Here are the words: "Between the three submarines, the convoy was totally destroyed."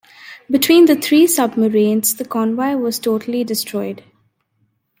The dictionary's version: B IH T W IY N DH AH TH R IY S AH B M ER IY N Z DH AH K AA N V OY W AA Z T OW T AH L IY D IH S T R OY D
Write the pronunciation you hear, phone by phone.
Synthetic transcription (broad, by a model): B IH T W IY N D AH T R IY S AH B M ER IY N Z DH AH K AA N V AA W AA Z T OW T AH L IY D IH S T R OY D